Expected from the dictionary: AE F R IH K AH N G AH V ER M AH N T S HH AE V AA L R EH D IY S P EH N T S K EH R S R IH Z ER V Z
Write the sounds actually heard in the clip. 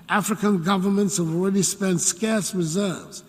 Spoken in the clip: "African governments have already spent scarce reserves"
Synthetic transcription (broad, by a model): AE F R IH K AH N G AH V ER M AH N T S HH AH V AA L R EH D IY S P EH N T S K EH R S R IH Z ER V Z